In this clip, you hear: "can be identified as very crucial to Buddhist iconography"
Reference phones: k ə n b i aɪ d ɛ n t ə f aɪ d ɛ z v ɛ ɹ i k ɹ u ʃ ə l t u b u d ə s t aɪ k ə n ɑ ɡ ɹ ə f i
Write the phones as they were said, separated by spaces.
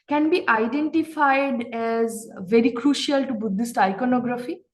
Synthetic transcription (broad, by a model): k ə n b i aɪ d ɛ n t ə f aɪ d ɛ z v ɛ ɹ i k ɹ u ʃ ə l t u b u d ə s t aɪ k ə n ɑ ɡ ɹ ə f i